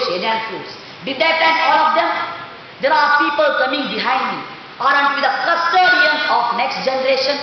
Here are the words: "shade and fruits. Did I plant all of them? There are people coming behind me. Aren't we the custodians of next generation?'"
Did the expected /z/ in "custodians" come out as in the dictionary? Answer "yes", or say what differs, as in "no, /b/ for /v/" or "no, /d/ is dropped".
no, /z/ is dropped